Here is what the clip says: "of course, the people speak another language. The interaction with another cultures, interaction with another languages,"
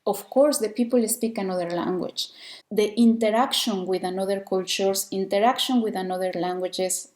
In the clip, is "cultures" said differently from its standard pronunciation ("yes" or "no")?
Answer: yes